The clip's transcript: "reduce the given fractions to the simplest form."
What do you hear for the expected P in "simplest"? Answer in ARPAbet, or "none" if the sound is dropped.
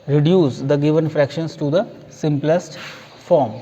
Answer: P